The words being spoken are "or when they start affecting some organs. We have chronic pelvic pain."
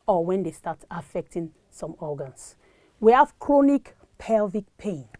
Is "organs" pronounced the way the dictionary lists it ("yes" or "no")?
no